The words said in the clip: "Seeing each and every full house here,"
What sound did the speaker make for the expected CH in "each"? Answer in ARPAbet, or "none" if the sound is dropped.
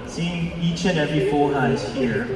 CH